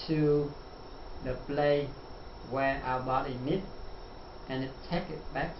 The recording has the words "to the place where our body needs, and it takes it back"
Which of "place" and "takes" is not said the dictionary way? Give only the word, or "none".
takes